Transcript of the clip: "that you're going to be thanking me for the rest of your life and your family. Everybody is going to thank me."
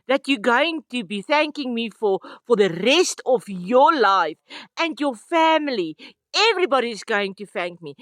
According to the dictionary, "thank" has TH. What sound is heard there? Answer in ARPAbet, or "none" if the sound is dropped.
TH